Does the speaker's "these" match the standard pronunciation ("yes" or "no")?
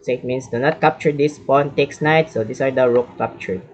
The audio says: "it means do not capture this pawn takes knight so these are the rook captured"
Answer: no